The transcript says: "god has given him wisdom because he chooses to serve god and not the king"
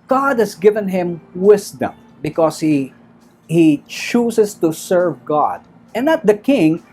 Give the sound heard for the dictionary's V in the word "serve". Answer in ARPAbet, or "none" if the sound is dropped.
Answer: V